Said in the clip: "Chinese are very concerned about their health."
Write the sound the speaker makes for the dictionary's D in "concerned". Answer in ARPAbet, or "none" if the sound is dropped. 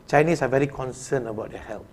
none